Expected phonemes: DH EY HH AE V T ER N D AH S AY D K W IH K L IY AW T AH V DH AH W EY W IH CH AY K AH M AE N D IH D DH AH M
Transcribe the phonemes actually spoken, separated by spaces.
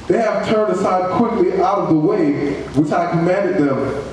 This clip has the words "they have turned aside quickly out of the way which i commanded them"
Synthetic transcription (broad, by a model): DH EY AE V T ER N D AH S AY D K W IH K L IY AW T AH V DH AH W EY W IH CH AY K AH M AE N D IH D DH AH M